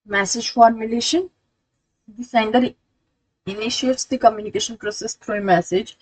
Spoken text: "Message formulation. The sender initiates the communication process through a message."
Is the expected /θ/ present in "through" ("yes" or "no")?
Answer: no